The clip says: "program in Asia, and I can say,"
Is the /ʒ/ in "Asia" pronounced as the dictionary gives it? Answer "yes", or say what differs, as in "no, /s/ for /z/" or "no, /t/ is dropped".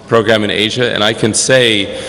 yes